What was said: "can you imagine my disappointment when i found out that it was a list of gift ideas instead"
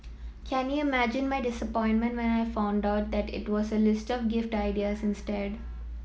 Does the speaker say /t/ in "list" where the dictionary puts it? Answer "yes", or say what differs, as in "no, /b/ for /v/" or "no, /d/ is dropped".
yes